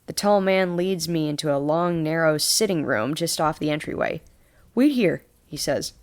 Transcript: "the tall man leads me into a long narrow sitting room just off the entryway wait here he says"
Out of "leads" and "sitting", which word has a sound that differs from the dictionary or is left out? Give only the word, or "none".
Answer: none